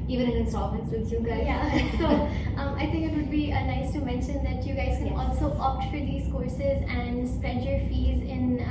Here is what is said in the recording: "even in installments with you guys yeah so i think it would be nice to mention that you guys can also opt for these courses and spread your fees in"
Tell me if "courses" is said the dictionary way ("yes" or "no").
yes